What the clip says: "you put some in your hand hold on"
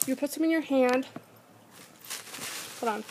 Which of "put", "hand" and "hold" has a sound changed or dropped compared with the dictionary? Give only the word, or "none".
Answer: hold